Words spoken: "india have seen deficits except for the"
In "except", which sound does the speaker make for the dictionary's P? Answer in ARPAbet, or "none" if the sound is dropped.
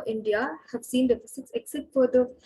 none